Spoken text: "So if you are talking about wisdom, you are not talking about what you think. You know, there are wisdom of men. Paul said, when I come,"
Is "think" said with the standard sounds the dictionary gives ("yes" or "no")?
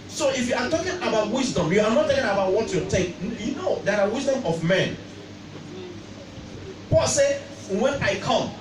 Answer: no